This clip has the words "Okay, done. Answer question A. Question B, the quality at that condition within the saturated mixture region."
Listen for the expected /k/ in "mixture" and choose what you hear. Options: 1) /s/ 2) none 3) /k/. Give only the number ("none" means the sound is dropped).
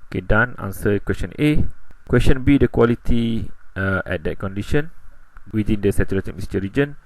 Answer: 2